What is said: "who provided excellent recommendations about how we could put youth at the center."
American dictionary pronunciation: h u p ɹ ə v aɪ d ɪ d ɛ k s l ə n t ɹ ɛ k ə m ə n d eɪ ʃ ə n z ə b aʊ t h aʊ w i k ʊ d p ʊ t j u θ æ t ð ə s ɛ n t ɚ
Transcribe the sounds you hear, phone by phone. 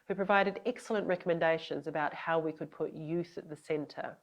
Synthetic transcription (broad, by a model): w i p ɹ ə v aɪ d ɪ d ɛ k s l ə n t ɹ ɛ k ə m ə n d eɪ ʃ ə n z ə b aʊ t h aʊ w i k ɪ d p ʊ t j u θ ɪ t ð ə s ɛ n t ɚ